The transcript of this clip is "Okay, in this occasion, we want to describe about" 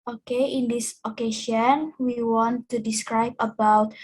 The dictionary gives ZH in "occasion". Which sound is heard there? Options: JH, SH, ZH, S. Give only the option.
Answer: SH